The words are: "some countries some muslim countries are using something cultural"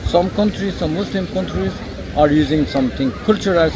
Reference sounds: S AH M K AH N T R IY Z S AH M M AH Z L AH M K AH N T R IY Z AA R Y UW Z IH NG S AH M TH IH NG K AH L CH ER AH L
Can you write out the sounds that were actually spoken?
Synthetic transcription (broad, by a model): S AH M K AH N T R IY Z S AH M M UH S L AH M K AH N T R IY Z AA R Y UW Z IH NG S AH M T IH NG K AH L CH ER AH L